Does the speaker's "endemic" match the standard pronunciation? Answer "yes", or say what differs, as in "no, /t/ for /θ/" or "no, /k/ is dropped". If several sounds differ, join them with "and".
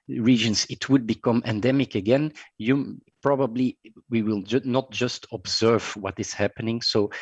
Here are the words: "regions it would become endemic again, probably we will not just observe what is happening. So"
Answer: yes